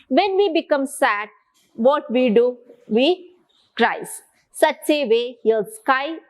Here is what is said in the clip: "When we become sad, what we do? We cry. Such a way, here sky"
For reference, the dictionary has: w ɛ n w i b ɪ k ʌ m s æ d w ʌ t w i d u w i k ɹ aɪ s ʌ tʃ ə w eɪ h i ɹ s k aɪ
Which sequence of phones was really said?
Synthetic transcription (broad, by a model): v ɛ n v i b ɪ k ʌ m s æ d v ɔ t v i d u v i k ɹ aɪ s ʌ tʃ ə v eɪ h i l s k aɪ